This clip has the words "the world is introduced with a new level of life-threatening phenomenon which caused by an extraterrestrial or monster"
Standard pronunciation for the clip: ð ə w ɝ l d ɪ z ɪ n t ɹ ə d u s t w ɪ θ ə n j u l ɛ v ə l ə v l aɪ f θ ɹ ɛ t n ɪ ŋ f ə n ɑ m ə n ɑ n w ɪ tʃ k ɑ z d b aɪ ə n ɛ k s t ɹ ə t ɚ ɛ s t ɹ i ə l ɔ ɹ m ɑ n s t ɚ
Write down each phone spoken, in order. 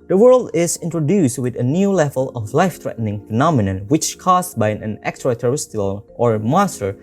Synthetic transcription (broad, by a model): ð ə w ɝ l d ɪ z ɪ n t ɹ ə d u s t w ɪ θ ə n j u l ɛ v ə l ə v l aɪ f t ɹ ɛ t n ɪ ŋ f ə n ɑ m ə n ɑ n w ɪ tʃ k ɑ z b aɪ ə n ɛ k s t ɹ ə t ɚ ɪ s t i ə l ɔ ɹ m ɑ s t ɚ